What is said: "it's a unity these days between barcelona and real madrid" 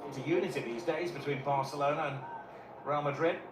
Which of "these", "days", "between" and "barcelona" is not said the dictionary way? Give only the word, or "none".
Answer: none